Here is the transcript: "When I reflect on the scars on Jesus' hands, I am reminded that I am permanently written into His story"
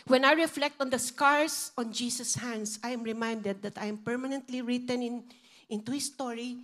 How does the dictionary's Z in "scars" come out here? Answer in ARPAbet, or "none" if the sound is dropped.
S